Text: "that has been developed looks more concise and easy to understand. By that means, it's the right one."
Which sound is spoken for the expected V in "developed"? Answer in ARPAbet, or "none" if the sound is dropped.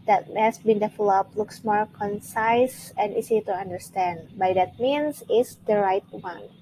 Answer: F